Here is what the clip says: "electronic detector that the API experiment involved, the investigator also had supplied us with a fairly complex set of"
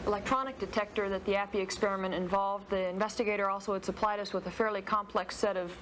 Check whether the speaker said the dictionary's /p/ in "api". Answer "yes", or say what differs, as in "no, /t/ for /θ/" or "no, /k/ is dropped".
yes